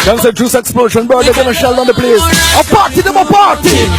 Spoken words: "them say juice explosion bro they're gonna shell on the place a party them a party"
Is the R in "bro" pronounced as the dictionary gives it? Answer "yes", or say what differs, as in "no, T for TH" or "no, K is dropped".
no, R is dropped